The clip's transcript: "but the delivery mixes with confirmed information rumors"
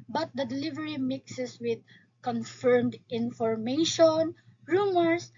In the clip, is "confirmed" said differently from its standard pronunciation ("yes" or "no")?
no